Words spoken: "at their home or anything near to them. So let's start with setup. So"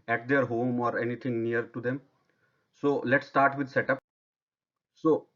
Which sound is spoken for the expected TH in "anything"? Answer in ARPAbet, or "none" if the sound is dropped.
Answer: T